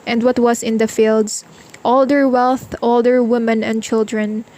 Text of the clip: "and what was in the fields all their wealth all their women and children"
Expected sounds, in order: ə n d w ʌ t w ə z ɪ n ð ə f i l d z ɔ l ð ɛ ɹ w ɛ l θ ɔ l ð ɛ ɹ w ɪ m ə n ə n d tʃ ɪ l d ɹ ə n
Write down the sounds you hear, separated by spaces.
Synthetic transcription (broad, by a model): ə n d w ʌ t w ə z ɪ n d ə f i l d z ɔ l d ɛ ɹ w ɛ l θ ɔ l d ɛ ɹ w ɪ m ə n ə n d tʃ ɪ l d ɹ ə n